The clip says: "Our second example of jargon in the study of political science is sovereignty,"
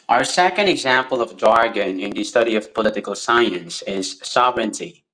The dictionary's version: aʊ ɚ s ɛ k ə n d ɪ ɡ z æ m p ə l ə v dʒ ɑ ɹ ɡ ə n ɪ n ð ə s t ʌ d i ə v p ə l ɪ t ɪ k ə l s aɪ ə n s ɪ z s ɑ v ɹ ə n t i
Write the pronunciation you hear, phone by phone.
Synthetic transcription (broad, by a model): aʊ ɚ s ɛ k ə n d ɪ ɡ z æ m p ə l ə v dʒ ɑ ɹ ɡ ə n ɪ n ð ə s t ʌ d i ə v p ə l ɪ t ɪ k ə l s aɪ ə n s ɪ z s ɑ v ɹ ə n t i